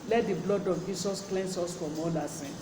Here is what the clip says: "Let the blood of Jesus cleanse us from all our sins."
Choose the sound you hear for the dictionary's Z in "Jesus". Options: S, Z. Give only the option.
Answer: S